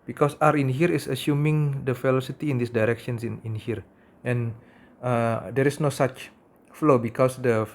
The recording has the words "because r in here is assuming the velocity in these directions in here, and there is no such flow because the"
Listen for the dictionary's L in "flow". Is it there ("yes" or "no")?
yes